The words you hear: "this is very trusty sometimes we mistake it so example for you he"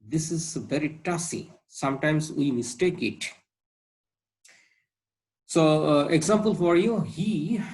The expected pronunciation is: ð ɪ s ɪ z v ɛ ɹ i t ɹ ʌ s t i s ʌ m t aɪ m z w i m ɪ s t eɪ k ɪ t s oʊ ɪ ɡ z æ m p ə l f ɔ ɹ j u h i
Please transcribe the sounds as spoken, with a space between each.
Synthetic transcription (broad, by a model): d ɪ s ɪ z v ɛ ɹ i t ʌ s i s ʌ m t aɪ m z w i m ɪ s t eɪ k ɪ t s oʊ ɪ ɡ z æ m p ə l f ɔ ɹ j u h i